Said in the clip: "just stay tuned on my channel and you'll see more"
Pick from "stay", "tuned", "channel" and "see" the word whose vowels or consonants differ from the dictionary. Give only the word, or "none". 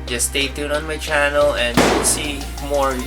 tuned